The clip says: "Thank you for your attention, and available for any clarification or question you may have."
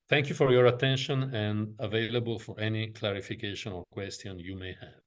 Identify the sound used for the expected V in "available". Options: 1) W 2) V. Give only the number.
2